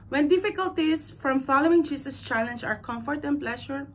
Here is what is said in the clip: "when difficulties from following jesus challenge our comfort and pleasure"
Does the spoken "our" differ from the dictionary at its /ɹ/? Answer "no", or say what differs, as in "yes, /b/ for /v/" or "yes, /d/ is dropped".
no